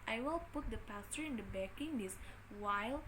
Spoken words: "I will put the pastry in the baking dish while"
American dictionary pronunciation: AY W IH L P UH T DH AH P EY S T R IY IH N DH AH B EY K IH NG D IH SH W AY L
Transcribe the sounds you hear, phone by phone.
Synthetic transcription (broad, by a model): AY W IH L P UH T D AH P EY S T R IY IH N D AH B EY K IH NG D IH S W AY L